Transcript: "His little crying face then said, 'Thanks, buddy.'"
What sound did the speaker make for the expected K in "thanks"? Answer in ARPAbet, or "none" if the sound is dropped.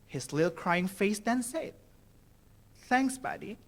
K